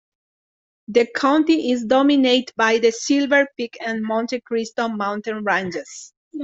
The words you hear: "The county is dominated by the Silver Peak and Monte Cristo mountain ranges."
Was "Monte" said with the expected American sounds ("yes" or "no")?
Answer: yes